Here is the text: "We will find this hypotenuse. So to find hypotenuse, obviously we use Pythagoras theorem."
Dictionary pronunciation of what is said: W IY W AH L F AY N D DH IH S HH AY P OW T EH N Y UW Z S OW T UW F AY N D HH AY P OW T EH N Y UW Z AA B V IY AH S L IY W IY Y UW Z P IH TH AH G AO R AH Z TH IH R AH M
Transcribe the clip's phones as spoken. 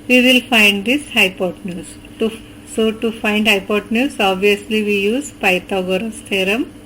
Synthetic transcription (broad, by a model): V IY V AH L F AY N D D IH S HH AY P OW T N Y UW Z S OW T UW F AY N D HH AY P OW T N Y UW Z AA B V IY AH S L IY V IY Y UW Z P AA T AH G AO R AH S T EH R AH M